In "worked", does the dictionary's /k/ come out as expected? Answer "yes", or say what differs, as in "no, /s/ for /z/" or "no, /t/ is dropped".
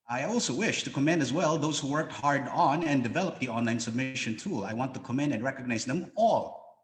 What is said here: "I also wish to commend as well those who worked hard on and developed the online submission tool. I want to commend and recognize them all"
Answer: yes